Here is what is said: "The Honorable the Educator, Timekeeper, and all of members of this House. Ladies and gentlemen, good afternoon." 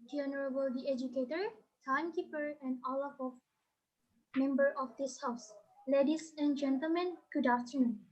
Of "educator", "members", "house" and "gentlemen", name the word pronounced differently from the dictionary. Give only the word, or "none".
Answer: members